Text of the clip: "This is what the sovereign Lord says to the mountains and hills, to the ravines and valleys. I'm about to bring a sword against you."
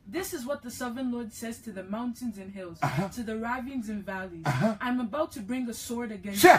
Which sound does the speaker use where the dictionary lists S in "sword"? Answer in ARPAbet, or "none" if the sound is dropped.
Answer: S